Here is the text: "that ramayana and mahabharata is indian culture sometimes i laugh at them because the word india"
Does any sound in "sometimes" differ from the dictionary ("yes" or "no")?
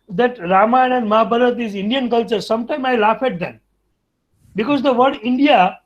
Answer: yes